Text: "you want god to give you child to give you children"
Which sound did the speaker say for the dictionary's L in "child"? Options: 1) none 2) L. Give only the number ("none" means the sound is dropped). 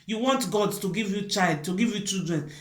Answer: 2